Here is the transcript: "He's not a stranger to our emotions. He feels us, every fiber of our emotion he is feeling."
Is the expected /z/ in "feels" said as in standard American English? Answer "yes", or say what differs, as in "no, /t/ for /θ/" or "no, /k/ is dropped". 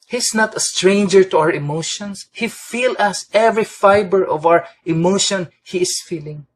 no, /z/ is dropped